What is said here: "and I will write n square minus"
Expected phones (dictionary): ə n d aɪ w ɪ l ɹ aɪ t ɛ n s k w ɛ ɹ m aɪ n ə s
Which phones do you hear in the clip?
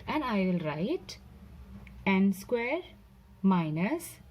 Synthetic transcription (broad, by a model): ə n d aɪ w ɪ l ɹ aɪ t ɛ n s k w ɛ ɹ m aɪ n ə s